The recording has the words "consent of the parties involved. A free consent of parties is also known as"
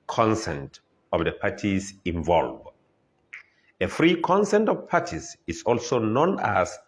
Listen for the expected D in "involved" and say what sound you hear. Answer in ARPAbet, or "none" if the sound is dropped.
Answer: none